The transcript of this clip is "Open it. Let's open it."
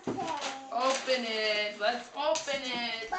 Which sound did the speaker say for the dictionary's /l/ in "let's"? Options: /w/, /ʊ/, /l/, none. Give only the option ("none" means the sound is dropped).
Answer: /w/